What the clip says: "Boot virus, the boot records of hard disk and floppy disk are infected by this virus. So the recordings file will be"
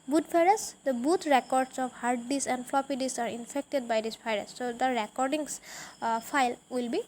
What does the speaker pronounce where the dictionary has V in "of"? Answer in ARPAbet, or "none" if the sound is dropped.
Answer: P